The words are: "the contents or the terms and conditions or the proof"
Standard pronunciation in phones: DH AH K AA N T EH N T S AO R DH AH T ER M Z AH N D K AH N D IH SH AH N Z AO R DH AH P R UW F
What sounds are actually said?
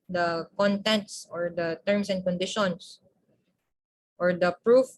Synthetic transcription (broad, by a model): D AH K AA N T EH N T S AO R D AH T ER M S AH N D K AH N D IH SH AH N S AO R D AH P R UW F